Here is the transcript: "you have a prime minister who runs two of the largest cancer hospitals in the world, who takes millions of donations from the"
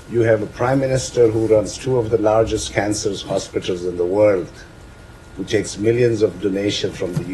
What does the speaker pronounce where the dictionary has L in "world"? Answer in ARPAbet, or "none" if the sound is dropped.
L